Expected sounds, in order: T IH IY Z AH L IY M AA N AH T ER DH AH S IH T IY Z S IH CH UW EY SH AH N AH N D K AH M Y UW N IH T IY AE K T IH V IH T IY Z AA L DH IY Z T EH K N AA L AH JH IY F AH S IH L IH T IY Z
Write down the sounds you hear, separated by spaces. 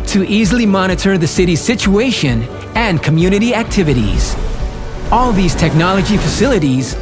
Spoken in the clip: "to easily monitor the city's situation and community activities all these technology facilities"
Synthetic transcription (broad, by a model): T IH IY Z L IY M AA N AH T ER DH AH S IH T IY Z S IH CH UW EY SH AH N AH N K AH M Y UW N IH T IY AE K T IH V IH T IY Z AA L DH IY Z T EH K N AA L AH JH IY F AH S IH L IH T IY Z